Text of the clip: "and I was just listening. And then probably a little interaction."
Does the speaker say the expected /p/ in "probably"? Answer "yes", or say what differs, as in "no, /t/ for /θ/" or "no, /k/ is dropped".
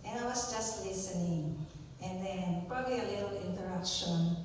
yes